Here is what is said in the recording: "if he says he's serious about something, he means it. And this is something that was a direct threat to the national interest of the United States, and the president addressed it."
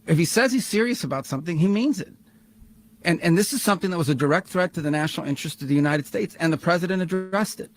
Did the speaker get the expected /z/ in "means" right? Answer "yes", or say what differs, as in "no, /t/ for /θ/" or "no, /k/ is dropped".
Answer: yes